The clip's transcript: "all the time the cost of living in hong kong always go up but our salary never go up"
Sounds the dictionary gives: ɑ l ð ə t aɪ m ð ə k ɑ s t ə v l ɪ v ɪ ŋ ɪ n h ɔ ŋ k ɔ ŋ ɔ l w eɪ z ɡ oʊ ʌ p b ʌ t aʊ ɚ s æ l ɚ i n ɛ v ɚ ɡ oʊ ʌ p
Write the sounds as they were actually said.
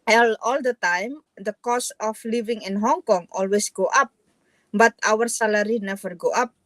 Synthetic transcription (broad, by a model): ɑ l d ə t aɪ m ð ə k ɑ s ə f l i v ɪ ŋ ɪ n h ɔ ŋ k ɔ ŋ ɔ l w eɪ s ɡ oʊ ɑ p b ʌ t aʊ ɚ s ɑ l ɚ i n ɛ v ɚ ɡ oʊ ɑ p